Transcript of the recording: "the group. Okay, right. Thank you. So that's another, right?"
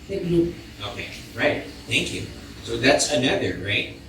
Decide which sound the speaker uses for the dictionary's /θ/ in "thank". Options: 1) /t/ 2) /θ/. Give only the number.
2